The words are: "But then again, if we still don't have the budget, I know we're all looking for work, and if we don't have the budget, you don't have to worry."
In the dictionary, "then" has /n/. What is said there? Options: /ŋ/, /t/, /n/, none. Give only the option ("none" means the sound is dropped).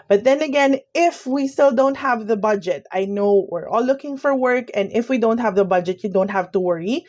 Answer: /n/